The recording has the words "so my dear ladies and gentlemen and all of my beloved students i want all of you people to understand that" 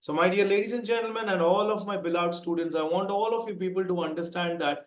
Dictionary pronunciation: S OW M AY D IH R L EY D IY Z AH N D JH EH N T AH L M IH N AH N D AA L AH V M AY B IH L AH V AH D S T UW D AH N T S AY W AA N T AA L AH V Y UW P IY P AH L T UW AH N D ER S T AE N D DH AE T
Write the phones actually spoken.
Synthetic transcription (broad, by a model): S OW M AY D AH R L EY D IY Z AH N D JH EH N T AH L M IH N AH N D AA L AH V M AY B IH L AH AH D S T UW D AH N T S AY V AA N T AA L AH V Y UW P IY P AH L T UW AH N D ER S T AE N D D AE T